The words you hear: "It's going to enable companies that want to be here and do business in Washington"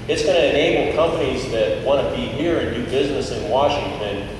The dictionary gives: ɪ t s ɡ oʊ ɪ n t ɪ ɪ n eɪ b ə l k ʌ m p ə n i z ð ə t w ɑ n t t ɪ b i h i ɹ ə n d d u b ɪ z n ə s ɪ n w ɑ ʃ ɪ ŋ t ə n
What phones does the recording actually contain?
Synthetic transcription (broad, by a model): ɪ t s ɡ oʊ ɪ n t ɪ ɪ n eɪ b l k ʌ m p ə n i z ð ə t w ɑ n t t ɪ b i h i ɹ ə n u b ɪ z n ə s ɪ n w ɑ ʃ ɪ ŋ t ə n